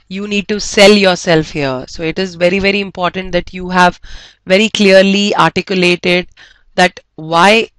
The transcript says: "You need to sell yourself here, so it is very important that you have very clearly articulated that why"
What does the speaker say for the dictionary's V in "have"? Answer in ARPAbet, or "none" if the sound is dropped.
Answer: V